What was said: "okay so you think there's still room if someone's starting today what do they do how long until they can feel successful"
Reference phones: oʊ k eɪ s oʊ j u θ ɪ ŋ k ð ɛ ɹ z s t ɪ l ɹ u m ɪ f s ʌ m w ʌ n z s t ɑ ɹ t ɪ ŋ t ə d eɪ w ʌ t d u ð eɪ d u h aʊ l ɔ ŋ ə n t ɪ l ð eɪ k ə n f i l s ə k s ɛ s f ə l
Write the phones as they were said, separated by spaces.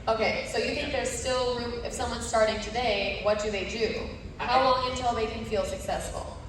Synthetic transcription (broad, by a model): oʊ k eɪ s oʊ j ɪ θ ɪ ŋ k ð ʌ ɹ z s t ɪ l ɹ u ɪ f s ʌ m w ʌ n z s t ɑ ɹ t ɪ ŋ t ə d eɪ w ʌ t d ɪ ð eɪ d u h aʊ w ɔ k ə n t ɪ l ð eɪ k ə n f i l s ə k s ɛ s f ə l